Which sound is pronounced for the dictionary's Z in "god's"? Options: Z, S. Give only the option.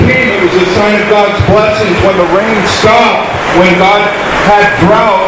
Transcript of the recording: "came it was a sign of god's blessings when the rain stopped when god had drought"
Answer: Z